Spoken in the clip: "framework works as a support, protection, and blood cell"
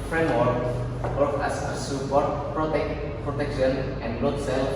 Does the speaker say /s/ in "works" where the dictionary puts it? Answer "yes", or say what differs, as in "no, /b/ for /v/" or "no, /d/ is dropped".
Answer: no, /s/ is dropped